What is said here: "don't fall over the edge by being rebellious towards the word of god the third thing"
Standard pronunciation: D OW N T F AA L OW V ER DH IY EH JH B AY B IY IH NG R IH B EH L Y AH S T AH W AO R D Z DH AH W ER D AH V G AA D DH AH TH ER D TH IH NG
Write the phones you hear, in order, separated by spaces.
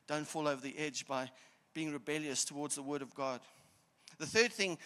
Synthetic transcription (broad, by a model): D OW N T F AA L OW V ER DH IY EH JH B AY B IY IH NG R IH B EH L Y AH S T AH W AO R D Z DH AH W ER D AH V G AA D DH AH TH ER D TH IH NG